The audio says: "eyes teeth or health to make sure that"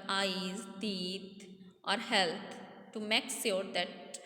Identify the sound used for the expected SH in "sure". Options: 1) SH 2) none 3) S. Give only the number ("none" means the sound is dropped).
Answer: 3